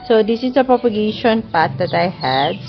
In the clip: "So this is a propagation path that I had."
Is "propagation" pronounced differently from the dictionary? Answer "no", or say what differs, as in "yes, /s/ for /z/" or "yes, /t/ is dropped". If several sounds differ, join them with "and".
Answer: no